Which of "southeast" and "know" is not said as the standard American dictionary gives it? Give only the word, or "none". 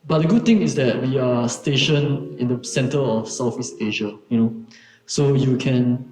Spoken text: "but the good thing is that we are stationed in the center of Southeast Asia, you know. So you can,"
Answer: southeast